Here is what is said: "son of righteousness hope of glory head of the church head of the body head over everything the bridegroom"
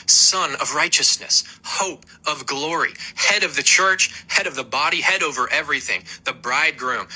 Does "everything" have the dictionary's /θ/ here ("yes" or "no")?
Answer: yes